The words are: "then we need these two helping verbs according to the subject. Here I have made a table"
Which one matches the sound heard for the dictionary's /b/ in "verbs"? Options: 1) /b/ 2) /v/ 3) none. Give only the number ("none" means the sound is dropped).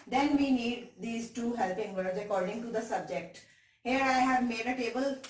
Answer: 3